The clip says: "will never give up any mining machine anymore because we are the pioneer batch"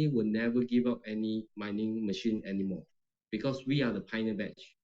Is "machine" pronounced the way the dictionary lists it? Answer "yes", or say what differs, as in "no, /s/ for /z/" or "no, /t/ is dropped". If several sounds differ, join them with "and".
yes